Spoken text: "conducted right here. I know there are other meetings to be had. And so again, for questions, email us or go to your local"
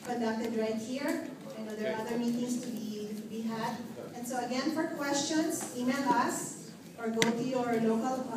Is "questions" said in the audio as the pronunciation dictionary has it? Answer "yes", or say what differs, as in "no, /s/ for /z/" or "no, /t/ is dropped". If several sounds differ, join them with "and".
no, /s/ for /z/